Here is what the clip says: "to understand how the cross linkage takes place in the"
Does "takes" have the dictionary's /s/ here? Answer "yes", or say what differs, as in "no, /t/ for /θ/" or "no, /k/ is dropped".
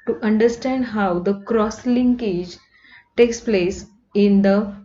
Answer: yes